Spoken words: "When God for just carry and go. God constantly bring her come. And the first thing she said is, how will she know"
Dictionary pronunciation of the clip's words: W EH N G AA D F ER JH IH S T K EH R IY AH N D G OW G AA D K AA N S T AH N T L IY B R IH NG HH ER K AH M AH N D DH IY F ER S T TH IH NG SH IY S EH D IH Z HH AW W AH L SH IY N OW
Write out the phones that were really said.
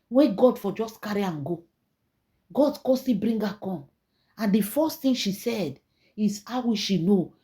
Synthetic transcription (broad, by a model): W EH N G AA D F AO JH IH S K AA R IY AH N G OW G AA D K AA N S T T IY B R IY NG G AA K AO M AH N D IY F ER S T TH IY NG SH IY S EH D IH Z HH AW W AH SH IY N OW